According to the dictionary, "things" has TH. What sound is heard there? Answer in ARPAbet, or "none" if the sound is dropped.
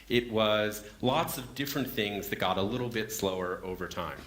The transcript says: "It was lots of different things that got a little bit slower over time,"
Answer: TH